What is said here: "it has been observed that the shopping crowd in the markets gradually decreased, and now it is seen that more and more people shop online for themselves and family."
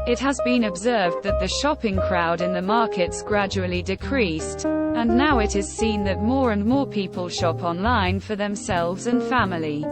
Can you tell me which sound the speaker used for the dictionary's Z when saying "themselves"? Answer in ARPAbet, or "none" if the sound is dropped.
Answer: Z